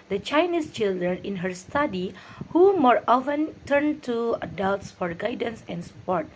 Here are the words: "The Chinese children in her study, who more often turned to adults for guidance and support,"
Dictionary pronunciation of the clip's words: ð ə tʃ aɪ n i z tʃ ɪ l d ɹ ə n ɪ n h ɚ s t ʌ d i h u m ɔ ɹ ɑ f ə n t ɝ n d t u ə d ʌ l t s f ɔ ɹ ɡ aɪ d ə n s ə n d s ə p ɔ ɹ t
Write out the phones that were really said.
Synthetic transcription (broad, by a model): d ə tʃ aɪ n i s tʃ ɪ l d ɹ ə n ɪ n h ɚ s t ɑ d i h u m ɔ ɹ ɑ f ə n t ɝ n t u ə d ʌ l t s f ɔ ɹ ɡ aɪ d ə n s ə n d s p ɔ ɹ t